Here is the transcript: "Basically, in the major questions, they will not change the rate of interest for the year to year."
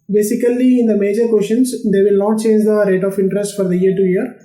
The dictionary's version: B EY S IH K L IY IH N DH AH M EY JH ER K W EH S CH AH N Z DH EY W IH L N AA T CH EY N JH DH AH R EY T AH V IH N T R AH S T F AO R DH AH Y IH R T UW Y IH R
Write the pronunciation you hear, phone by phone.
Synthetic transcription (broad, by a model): B EY S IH K L IY IH N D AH M EY JH ER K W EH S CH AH N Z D EY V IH L N AA T CH EY N JH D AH R EY T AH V IH N T R AH S T F AO R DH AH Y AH R T UW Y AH R